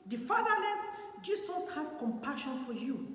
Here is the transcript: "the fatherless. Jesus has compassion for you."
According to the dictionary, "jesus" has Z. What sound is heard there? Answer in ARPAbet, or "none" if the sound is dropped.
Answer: S